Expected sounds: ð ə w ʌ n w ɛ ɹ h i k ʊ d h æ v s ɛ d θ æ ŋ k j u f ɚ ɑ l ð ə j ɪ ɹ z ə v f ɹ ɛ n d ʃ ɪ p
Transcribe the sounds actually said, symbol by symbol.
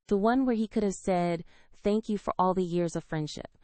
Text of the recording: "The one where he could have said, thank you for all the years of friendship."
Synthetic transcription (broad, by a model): ð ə w ʌ n w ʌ ɹ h i k ʊ d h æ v s ɛ d θ æ ŋ k j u f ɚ ɑ l ð ə j ɪ ɹ z ə v f ɹ ɛ n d ʃ ɪ p